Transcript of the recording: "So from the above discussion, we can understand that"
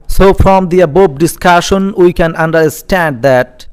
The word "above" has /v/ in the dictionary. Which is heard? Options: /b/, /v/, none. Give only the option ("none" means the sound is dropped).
/b/